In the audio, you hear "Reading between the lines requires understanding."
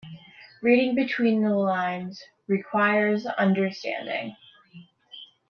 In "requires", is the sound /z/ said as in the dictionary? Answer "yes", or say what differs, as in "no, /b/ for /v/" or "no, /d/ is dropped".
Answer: yes